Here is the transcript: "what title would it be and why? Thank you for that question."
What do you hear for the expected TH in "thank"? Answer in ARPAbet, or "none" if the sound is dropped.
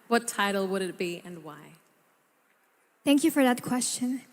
TH